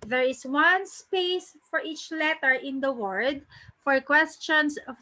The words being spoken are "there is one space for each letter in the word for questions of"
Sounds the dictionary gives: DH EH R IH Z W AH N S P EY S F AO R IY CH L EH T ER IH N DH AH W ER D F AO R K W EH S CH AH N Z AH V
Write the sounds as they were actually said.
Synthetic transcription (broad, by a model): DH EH R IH S W AH N S P EY S F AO R IY CH L EH T ER IH N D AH W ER D F AO R K W EH S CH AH N S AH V